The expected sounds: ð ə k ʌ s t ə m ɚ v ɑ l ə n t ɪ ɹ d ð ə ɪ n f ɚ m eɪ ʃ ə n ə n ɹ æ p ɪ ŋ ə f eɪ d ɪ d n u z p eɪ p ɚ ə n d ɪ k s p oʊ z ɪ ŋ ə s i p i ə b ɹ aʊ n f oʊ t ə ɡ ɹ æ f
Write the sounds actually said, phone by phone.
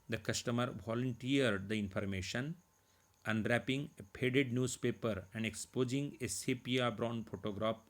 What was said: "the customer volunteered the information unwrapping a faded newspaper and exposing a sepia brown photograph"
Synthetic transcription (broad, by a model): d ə k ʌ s t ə m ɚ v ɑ l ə n t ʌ ɹ d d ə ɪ n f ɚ m eɪ ʃ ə n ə n ɹ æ p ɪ ŋ ə p eɪ d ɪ d n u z p eɪ p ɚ ə n d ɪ k s p oʊ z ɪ ŋ ə s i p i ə b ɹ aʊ n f oʊ t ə ɡ ɹ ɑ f